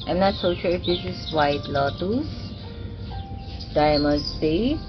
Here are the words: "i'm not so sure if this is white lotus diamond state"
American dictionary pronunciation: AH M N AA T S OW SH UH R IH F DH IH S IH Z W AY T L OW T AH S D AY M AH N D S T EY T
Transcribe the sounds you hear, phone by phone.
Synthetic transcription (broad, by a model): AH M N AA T S OW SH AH L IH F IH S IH S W AY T L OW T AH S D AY M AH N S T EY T